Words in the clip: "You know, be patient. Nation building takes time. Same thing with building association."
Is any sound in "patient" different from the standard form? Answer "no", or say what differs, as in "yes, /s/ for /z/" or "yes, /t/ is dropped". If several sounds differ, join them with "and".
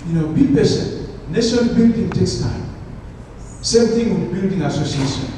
yes, /s/ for /ʃ/